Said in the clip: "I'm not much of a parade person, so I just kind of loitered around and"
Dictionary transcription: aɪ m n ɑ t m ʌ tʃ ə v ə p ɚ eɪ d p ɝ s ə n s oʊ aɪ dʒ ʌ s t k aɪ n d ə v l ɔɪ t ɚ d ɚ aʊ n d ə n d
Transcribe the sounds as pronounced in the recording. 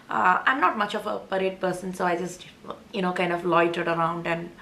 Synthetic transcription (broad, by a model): aɪ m n ɑ t m ʌ tʃ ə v ə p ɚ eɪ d p ɝ s ə n s oʊ aɪ dʒ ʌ s t k aɪ n d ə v l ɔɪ t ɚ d ɚ aʊ n d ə n d